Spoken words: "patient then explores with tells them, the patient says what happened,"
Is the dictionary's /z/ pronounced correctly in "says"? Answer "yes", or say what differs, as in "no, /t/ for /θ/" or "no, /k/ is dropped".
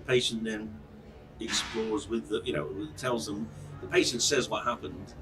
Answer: yes